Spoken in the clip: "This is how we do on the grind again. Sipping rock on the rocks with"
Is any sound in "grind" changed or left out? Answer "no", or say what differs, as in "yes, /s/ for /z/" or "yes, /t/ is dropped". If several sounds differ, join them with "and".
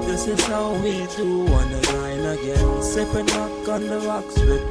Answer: yes, /d/ is dropped